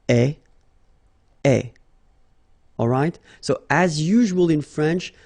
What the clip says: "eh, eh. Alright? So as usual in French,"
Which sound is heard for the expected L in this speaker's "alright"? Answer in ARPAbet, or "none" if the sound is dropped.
L